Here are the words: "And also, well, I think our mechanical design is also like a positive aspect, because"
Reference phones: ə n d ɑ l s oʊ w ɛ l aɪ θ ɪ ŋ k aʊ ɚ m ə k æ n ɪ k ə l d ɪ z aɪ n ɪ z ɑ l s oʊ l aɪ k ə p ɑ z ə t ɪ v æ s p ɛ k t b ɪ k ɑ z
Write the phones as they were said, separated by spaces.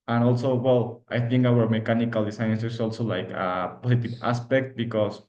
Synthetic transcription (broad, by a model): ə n ɑ l s oʊ w ɛ l aɪ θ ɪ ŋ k aʊ ɚ m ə k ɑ n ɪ k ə l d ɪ s aɪ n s s ɑ l s oʊ l aɪ k ə p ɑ s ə t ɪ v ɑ s p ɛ k t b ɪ k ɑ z